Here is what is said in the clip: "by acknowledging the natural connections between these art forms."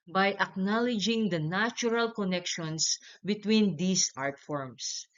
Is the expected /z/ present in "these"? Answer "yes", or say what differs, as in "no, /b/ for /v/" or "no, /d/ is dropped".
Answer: no, /s/ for /z/